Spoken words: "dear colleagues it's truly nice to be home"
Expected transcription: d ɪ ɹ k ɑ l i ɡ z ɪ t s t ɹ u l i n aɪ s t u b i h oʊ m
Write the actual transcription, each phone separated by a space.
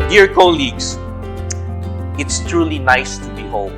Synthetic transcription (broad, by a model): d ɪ ɹ k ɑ l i ɡ s ɪ t s t ɹ u l i n aɪ s t u b i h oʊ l